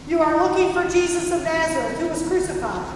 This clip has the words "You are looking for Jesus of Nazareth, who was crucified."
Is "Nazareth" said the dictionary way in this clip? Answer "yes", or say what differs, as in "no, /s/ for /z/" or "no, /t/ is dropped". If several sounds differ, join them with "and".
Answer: no, /t/ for /θ/